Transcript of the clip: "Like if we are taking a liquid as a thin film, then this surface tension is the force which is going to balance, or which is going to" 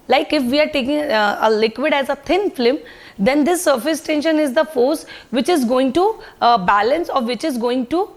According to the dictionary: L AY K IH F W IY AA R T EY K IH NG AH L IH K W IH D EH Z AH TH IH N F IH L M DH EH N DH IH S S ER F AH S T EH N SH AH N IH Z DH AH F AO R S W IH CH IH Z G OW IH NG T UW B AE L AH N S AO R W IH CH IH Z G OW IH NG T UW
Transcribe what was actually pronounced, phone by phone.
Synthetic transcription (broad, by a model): L AY K IH F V IY AA R T EY K IH NG AH L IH K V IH D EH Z AH T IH N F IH M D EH N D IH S S ER F AH S T EH N SH AH N IH Z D AH F AO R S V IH CH IH Z G OW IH NG T UW B AE L AH N S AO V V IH CH IH Z G OW IH NG T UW